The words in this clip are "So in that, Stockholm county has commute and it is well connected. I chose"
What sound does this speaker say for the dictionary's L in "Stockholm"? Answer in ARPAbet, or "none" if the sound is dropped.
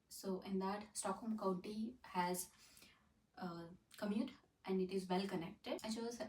none